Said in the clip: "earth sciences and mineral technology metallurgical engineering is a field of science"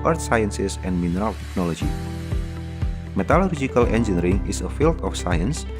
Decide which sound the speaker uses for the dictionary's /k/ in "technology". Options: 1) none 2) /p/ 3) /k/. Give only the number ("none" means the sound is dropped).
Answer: 3